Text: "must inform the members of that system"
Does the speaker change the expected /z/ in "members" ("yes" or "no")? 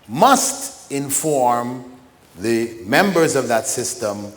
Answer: no